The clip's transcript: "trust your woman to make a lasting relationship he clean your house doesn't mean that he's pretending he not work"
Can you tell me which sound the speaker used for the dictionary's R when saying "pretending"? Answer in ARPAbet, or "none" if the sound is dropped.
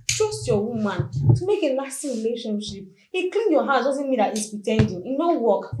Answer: none